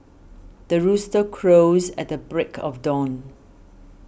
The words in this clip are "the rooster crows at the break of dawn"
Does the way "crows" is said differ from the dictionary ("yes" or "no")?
no